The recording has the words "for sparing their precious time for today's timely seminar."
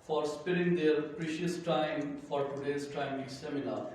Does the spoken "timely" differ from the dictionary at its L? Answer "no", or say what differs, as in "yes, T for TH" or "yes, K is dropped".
yes, L is dropped